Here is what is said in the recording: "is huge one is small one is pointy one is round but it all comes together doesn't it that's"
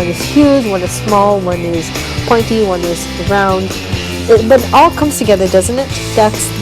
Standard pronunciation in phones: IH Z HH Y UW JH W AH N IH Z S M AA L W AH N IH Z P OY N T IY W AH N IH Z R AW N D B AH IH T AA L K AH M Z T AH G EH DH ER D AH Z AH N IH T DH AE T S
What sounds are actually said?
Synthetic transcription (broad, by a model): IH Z HH Y UW JH W AH N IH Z S M AA L W AH N IH Z P OY N T IY W AH N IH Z R AW N D B AH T AA L K AH M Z T AH G EH DH ER D AH Z AH N IH T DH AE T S